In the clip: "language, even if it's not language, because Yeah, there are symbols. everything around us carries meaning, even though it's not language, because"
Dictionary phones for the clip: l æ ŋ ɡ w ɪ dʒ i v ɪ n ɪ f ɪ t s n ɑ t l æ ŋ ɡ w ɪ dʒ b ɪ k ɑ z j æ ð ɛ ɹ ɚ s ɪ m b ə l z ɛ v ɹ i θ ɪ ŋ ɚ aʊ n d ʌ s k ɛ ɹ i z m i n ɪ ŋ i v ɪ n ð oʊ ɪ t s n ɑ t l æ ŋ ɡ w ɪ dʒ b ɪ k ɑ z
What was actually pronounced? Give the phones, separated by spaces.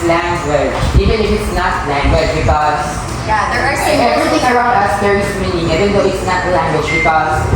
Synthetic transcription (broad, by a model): l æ ŋ ɡ w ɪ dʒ i v ɪ n ɪ f ɪ t s n ɑ t l æ ŋ ɡ w ɪ dʒ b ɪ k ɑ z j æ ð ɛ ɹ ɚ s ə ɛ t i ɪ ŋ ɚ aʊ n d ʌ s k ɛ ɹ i s m i n ɪ ŋ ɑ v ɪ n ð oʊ ɪ t s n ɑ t l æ ŋ ɡ w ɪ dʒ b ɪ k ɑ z